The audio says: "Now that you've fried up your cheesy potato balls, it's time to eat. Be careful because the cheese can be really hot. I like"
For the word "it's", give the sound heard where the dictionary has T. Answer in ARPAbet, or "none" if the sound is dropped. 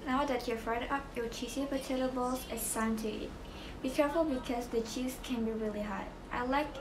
S